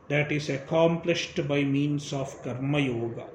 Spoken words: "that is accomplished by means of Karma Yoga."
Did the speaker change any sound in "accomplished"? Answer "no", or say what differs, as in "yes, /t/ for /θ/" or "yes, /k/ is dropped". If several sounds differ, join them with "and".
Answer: no